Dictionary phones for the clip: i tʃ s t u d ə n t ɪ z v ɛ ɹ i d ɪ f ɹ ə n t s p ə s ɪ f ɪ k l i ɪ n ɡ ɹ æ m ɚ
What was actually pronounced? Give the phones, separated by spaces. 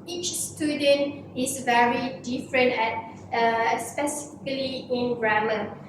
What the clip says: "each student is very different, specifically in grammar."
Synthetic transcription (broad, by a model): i tʃ s t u d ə n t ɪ s v ɛ ɹ i d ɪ f ɹ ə n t s p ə s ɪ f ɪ k l i ɪ n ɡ ɹ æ m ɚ